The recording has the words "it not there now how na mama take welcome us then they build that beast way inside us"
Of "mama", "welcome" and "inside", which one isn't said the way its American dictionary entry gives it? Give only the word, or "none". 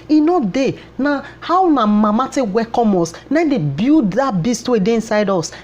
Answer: welcome